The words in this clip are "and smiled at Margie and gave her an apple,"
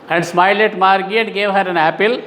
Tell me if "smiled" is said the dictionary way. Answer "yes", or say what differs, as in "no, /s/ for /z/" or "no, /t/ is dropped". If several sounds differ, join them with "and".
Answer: no, /d/ is dropped